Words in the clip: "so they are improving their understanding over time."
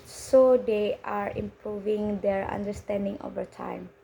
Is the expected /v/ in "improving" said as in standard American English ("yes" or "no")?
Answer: yes